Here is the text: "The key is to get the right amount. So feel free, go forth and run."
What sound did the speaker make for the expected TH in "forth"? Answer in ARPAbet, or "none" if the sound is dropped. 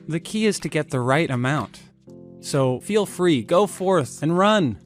TH